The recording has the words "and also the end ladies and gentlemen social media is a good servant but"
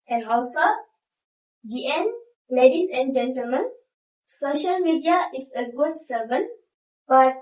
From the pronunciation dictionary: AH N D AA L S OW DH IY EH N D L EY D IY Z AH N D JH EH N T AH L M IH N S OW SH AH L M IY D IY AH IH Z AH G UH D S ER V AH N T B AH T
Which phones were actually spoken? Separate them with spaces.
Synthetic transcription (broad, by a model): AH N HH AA W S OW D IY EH N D L EY D IY S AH N JH EH N T AH L M IH N S OW SH AH L M IY D IY AH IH S AH G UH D S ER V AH N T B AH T